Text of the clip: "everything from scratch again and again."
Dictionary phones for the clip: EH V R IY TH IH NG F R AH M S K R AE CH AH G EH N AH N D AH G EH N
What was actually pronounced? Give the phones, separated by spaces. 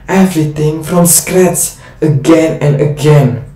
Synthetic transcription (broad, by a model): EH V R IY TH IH NG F R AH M S K R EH S AH G EH N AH N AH G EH N